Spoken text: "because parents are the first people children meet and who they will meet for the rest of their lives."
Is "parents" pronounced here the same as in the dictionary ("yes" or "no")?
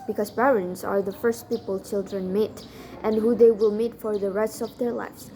no